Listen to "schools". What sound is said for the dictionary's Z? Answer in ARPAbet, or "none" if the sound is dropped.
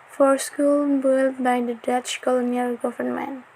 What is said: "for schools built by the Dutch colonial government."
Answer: none